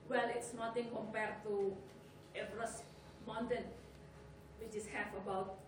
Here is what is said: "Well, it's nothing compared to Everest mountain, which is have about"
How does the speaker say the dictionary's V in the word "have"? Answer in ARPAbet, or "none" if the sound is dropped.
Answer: F